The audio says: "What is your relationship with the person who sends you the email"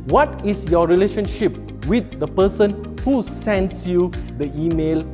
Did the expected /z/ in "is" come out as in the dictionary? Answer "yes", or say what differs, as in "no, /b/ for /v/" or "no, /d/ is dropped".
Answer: no, /s/ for /z/